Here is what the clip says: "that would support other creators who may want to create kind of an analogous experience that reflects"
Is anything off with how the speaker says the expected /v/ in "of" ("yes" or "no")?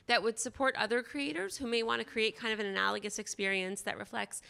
no